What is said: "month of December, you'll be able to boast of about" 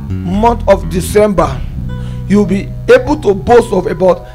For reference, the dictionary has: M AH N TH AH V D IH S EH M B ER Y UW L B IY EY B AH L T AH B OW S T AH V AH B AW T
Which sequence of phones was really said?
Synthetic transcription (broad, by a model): M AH N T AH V D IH S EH M B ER Y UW W B IY EY B AH L T AH B OW S T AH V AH B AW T